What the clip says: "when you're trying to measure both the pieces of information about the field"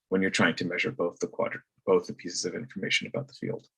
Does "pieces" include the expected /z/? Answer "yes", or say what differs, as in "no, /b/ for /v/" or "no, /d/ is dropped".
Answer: yes